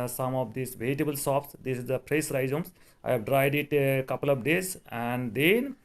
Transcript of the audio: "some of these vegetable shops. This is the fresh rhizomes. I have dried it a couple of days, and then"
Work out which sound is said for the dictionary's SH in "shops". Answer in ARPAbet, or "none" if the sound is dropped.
S